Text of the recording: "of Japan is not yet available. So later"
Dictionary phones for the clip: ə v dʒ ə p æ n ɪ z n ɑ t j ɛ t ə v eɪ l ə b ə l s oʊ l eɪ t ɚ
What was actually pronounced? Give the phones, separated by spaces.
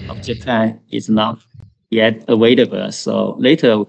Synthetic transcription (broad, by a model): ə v dʒ ə p æ n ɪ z n ɑ t j ɛ t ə w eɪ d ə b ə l s oʊ l eɪ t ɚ